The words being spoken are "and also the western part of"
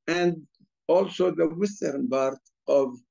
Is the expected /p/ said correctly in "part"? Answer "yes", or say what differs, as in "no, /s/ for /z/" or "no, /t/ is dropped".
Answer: no, /b/ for /p/